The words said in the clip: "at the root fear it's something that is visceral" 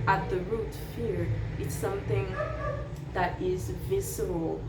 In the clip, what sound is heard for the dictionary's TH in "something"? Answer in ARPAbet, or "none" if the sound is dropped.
TH